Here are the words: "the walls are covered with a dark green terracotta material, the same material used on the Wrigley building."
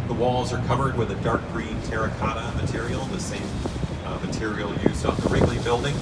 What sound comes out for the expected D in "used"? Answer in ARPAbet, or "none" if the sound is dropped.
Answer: none